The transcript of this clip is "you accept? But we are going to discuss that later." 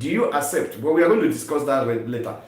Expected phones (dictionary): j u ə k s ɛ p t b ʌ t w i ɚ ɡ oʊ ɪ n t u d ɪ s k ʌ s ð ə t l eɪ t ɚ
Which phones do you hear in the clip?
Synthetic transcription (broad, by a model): j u ə k s ɛ p t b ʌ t w i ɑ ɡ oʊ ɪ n t u d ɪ s k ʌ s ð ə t l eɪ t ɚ